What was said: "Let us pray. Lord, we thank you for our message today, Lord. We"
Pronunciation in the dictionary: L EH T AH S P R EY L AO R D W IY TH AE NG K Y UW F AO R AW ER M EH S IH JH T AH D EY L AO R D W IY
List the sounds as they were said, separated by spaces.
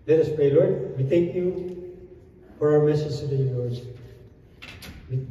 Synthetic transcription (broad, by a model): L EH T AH S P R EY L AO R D W IY T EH K Y UW F AO R AW ER M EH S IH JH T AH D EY N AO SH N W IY